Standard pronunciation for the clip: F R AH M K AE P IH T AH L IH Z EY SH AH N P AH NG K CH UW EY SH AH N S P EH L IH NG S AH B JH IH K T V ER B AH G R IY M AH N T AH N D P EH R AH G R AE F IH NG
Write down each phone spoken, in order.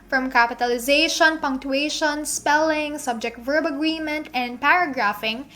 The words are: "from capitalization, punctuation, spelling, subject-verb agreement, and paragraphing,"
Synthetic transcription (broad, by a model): F R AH M K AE P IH T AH L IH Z EY SH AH N P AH NG K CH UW EY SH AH N S P EH L IH NG S AH B JH IH K T V ER B AH G R IY M AH N T AH N D P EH R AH G R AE F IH NG